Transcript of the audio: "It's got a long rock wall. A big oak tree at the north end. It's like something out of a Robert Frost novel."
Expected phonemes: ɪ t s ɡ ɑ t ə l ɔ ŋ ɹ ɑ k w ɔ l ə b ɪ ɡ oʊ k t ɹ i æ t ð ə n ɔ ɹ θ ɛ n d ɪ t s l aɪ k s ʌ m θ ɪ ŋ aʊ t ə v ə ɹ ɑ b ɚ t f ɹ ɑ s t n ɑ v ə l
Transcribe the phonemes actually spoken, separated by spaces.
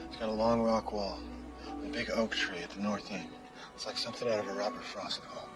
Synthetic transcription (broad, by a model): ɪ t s ɡ ɑ t ə l ɔ ŋ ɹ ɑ k w ɔ l ə b ɪ ɡ oʊ k t ɹ i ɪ t ð ə n ɔ ɹ θ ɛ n ɪ t s l aɪ k s ʌ m θ ɪ ŋ aʊ t ə v ə ɹ ɑ b ɚ t f ɹ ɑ s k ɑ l